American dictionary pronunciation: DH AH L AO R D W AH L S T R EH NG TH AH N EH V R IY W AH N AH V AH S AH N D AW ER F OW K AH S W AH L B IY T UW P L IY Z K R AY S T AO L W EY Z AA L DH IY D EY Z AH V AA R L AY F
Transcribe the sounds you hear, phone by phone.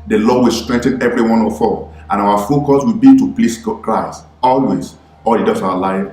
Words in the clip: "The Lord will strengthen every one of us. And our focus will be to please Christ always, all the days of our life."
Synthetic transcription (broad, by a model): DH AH L AO W AH L S T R EH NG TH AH N EH V R IY W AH N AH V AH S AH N AW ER F OW K AH S W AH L B IY T UW P L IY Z K R AY S T AO L W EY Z AA L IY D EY S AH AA L AY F